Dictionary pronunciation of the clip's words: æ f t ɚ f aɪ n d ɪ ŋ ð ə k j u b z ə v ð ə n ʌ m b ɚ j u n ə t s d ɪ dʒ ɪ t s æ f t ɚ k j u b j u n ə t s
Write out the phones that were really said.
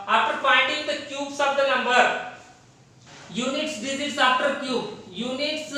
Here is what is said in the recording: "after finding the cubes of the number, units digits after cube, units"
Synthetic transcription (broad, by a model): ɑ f t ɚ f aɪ n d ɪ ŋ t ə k j u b s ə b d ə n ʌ m b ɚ j u n ə t s d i z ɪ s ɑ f t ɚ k j u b j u n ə t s